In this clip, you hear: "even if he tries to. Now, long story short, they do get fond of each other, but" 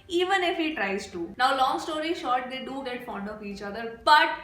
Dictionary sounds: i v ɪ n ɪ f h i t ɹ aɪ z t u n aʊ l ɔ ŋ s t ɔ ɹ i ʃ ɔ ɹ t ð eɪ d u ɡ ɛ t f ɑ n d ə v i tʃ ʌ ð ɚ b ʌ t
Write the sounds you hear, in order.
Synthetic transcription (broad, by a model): i v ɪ n ɪ f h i t ɹ aɪ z t u n aʊ l ɔ ŋ s t ɔ ɹ i ʃ ɔ ɹ t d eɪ d u ɡ ɛ t f ɑ n d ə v i tʃ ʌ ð ɚ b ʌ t